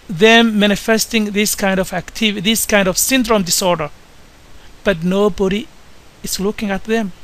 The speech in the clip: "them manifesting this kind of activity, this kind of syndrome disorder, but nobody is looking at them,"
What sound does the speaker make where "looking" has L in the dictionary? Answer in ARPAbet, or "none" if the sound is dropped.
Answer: L